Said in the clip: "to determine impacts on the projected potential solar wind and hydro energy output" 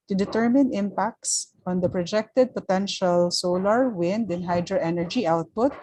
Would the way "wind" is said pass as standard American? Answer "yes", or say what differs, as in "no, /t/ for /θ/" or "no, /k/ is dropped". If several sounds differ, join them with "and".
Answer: yes